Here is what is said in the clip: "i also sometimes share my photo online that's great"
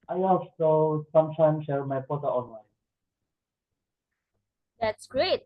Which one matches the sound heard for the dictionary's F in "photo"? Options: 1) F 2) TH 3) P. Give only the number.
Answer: 3